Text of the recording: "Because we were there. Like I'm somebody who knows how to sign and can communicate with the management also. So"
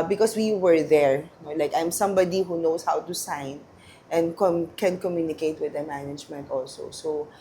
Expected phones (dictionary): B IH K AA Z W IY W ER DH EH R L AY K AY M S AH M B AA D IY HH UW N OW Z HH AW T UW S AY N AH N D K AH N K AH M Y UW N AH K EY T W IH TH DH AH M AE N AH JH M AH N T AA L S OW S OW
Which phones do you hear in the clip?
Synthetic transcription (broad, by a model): B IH K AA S W IY W ER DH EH R L AY K AY M S AH M B AA D IY HH UW N OW S HH AW T UW S AY N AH N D K AH N K AH M Y UW N AH K EY T W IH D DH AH M AE N AH JH M AH N T AA L S OW S OW